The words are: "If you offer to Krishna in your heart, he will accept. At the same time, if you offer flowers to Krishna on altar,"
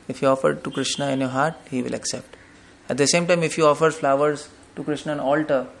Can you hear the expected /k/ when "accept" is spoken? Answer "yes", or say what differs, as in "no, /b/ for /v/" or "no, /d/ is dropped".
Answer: yes